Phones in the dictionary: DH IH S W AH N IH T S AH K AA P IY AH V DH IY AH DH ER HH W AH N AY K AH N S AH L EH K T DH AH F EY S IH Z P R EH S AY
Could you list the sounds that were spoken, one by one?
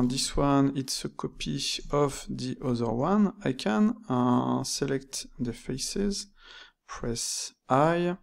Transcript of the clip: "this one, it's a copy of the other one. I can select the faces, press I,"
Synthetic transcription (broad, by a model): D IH S W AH N IH T S AH K AA P IY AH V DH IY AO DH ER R W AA N AY K AH N S AH L EH K T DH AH F EY S IH Z P R EH S AY